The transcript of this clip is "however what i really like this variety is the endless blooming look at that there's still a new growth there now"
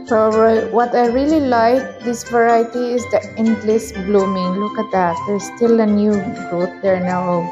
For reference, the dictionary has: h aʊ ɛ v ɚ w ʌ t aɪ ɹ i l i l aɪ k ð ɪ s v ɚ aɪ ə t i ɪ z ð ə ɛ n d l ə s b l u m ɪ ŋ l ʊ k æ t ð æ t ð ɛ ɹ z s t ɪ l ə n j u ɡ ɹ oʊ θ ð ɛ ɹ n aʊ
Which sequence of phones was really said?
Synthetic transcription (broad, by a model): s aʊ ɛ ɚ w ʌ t aɪ ɹ i l i l aɪ k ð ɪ s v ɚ aɪ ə t i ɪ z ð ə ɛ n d l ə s b l u m ɪ ŋ l ʊ k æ t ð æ t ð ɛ ɹ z s t ɪ l ə n j u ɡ oʊ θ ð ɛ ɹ n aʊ